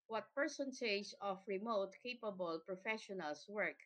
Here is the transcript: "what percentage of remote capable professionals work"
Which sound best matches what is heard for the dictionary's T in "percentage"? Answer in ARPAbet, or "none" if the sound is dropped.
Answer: S